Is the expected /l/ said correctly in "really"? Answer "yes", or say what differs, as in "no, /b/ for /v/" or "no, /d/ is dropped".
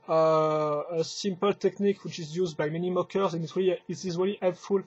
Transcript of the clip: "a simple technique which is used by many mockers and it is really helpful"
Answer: yes